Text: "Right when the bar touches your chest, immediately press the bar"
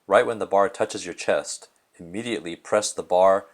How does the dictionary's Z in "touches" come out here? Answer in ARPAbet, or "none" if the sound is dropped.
Z